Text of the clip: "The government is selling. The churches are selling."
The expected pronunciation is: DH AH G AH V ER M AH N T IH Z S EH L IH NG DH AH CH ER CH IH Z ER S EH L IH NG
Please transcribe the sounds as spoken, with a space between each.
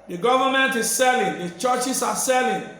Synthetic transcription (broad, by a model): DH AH G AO V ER M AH N T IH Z S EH L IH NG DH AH CH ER CH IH S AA S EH L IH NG